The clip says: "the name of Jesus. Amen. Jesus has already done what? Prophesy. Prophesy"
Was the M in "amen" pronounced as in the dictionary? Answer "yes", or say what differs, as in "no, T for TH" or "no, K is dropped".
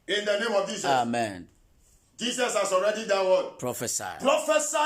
yes